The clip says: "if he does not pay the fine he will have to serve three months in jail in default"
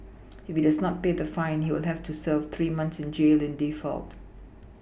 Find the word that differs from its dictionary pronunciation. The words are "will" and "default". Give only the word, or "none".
none